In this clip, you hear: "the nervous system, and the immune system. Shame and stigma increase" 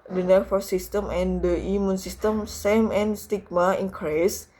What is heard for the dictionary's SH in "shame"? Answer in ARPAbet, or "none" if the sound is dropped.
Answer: S